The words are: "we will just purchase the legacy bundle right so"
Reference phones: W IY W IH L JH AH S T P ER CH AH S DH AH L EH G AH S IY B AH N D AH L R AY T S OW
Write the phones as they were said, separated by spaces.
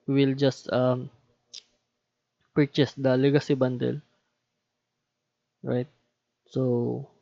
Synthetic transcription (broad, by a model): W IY W IH L JH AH S T P ER CH AH S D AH L EH G AH S IY B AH N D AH L R AY T S OW